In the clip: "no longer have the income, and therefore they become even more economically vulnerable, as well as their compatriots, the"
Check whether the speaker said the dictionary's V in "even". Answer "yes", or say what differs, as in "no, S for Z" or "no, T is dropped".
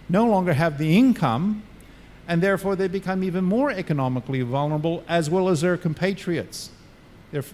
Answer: yes